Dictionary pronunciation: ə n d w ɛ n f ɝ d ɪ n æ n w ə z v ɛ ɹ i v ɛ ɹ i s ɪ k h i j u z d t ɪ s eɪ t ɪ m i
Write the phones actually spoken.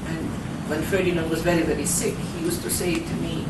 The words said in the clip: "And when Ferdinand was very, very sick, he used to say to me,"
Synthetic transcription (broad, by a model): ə n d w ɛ n f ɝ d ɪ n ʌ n w ə z v ɛ ɹ i v ɛ ɹ i s ɪ k h i j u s t ɪ s eɪ t ɪ m i